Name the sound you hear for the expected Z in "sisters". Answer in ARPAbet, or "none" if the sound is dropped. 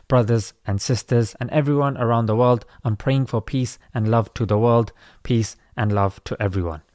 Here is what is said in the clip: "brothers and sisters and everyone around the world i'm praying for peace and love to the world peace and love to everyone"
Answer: Z